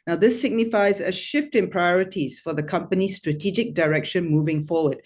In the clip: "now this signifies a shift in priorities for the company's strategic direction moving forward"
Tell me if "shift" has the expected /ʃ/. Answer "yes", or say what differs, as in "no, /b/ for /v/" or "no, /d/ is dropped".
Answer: yes